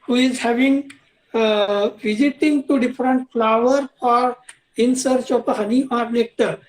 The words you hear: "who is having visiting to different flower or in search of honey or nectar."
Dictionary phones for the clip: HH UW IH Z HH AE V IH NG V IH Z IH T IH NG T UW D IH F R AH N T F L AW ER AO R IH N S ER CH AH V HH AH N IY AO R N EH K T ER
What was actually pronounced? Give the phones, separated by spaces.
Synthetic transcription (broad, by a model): HH UW IH Z HH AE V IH NG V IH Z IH T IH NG T UW D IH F R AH N T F L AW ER AO R IH N S ER CH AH P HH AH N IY AO R N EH K T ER